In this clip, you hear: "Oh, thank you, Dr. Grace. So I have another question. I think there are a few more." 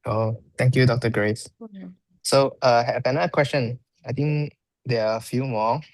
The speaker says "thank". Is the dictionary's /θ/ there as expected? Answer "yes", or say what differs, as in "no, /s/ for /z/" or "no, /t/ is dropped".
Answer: no, /t/ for /θ/